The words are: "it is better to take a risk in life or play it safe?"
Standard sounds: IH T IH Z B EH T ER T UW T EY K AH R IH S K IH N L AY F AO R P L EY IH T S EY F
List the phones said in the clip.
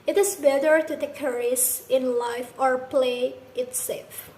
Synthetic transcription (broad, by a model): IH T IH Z B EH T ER T UW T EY K AH R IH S IH N L AY F AO R P L EY IH T S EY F